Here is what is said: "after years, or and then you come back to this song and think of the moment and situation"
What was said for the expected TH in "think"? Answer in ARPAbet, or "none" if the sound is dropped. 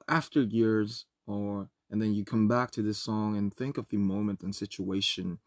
TH